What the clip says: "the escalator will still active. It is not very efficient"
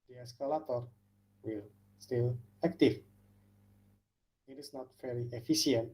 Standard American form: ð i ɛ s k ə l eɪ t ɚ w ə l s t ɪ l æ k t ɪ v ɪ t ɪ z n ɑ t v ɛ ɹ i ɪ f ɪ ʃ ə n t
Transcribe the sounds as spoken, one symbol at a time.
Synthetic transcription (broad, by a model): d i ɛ s k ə l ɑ t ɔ w ə l s t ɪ l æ k t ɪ f ɪ t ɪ s n ɑ t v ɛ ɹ i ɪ f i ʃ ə n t